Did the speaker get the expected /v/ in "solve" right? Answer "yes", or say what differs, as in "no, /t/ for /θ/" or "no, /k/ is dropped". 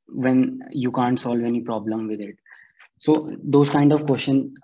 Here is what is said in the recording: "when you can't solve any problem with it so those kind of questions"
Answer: yes